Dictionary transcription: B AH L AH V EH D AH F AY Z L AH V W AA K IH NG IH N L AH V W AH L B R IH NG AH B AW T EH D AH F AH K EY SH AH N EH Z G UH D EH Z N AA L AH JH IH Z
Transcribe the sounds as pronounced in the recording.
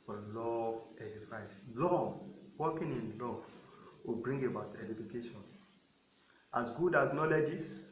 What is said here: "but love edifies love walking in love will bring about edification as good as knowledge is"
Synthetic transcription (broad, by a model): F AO L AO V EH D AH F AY S L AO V W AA K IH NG IH N L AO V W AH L B R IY NG AH B AW T EH D AH F AH K EY SH AH N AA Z G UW D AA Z N AA L AH JH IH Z